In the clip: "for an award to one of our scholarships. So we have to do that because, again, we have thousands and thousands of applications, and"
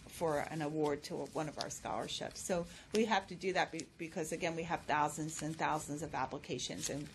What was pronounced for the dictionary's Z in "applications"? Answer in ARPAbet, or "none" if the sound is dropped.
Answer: Z